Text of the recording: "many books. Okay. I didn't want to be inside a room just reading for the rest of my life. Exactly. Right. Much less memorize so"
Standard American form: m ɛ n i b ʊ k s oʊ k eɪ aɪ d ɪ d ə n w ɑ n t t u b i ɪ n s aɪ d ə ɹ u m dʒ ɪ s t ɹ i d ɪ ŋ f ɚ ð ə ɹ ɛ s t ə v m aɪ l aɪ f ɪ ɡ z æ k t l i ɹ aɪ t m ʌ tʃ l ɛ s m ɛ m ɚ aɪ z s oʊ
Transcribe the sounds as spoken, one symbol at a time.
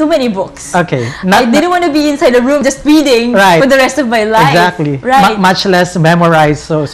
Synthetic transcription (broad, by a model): m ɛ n i b ʊ k s oʊ k eɪ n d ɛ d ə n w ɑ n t t u b i ɪ n s aɪ d ə ɹ u m dʒ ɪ s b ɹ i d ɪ ŋ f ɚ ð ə ɹ ɛ s t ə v m aɪ l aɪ ɪ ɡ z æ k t l i ɹ aɪ t m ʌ tʃ l ɛ s m ɛ m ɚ aɪ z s oʊ